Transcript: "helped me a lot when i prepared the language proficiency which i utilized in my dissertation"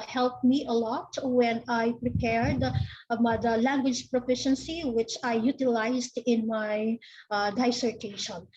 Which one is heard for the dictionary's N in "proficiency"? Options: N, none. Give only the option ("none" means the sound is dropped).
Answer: N